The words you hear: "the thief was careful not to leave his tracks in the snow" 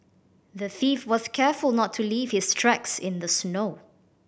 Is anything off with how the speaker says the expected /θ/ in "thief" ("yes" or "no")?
no